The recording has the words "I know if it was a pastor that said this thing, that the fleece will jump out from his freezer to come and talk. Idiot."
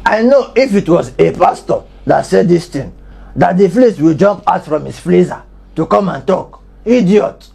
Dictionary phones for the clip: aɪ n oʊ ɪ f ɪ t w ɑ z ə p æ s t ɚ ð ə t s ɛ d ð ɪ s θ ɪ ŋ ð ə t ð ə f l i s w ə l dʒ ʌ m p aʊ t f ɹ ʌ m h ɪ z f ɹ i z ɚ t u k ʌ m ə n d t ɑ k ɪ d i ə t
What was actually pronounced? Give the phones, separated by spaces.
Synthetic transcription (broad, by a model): aɪ n oʊ ɪ f ɪ t w ɑ z ə p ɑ s t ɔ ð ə t s ɛ d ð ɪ s t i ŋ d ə t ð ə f l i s w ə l dʒ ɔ m p aʊ t f ɹ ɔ m h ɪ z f l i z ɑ t u k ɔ m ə n t ɑ k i d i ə t